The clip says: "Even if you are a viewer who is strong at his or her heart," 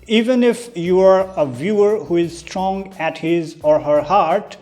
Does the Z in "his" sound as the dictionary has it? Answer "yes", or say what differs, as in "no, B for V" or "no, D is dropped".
yes